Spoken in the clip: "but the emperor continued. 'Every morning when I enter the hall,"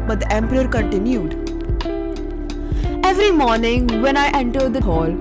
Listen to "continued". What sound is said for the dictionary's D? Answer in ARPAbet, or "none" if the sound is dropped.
D